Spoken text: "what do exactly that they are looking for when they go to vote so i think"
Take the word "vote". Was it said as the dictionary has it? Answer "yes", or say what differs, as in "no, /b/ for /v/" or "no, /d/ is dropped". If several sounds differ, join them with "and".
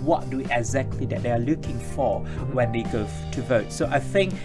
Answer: yes